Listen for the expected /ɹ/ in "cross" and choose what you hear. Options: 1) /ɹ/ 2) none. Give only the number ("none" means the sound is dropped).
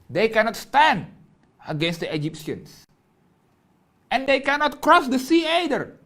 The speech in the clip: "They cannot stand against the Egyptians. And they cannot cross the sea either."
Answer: 1